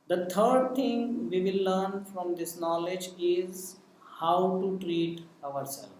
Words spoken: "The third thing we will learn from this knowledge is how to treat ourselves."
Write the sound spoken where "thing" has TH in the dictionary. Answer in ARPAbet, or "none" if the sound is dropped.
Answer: T